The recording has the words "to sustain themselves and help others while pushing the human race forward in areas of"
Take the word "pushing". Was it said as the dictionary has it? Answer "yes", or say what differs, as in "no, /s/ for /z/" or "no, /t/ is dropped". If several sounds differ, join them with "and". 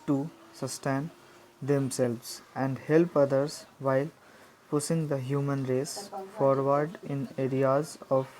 no, /s/ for /ʃ/